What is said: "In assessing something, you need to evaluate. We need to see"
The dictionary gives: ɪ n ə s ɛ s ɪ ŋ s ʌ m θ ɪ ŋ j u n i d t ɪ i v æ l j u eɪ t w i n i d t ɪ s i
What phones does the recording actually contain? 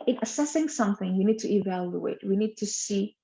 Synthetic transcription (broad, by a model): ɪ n ə s ɛ s ɪ ŋ s ʌ m θ ɪ ŋ j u n i d t ɪ i v æ l j u eɪ t w i n i d t ɪ s i